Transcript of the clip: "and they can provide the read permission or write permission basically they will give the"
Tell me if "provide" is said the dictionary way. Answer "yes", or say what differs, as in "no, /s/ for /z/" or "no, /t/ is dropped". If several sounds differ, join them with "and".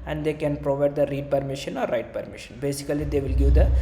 yes